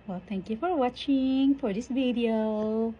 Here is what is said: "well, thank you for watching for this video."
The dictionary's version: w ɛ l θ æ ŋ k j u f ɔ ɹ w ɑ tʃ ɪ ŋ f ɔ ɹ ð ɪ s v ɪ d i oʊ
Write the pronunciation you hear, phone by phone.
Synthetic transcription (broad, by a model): w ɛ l t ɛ ŋ k j u f ɔ ɹ w ɑ tʃ ɪ ŋ f ɔ ɹ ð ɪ s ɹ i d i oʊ